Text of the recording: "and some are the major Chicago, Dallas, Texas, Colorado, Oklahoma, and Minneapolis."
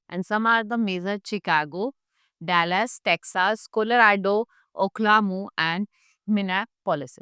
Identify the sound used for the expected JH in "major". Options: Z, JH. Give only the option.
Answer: Z